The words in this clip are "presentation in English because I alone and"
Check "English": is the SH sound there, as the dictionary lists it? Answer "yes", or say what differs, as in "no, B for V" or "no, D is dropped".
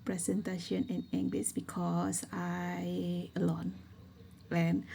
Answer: no, S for SH